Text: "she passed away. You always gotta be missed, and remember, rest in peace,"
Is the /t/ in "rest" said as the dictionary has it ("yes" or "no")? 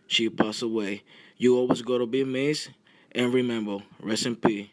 no